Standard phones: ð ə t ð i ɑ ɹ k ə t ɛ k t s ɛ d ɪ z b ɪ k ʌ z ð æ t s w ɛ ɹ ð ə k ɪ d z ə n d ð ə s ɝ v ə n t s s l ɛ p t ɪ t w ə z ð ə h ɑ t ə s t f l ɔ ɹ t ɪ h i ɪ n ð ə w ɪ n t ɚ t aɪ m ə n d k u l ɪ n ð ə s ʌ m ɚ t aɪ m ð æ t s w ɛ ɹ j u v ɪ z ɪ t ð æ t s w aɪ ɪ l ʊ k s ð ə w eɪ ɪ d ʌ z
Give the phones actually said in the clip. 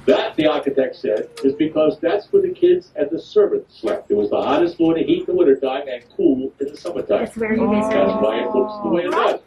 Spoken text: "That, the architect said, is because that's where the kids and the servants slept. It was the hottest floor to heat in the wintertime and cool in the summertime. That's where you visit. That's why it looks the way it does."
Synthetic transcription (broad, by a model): ð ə t ð i ɑ ɹ k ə t ɛ k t s ɛ d ɪ z b ɪ k ʌ z ð æ t s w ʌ ɹ ð ə k ɪ d z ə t ð ə s ɝ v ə n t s s l ɛ p t ɪ t w ə z ð ə h ɑ t ə s t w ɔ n t ɪ h i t ð ə w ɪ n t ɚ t aɪ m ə n k u l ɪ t ð ə s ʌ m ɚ t aɪ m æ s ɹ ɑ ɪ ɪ ɪ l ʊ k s ð ə w eɪ ɪ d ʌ